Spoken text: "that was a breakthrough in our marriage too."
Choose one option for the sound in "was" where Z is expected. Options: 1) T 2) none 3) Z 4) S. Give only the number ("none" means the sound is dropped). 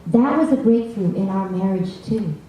3